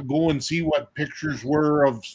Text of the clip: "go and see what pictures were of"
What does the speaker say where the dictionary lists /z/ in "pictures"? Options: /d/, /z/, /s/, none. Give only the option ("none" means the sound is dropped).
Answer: /z/